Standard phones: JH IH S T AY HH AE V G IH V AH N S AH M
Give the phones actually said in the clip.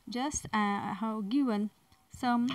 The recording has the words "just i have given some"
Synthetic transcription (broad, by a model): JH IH S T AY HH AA W G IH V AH N S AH M